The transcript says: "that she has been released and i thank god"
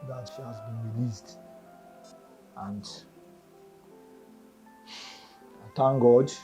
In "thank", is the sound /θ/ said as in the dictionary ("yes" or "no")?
no